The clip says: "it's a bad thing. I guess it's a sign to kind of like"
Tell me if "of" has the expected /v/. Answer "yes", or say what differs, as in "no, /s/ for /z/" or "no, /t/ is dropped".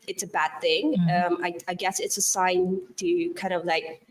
yes